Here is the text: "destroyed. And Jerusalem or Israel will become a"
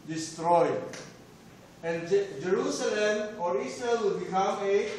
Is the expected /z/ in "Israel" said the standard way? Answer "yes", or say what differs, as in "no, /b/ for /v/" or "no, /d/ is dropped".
no, /s/ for /z/